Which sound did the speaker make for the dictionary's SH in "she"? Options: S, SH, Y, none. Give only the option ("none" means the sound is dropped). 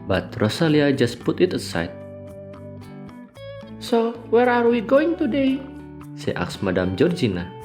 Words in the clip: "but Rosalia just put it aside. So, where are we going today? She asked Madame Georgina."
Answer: S